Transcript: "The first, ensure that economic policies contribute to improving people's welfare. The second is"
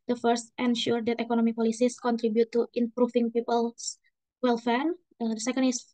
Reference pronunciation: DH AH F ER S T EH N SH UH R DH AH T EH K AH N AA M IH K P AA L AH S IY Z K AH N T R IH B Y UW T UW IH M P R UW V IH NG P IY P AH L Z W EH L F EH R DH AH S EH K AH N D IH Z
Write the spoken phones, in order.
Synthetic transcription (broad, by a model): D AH F ER S T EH N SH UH R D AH T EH K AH N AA M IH P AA L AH S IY S K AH N T R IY B Y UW T UW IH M P R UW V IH NG P IY P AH L S W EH L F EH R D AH S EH K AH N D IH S